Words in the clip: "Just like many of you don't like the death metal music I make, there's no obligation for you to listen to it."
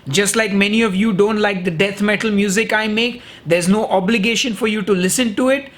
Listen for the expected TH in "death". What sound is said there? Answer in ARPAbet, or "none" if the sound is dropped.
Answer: T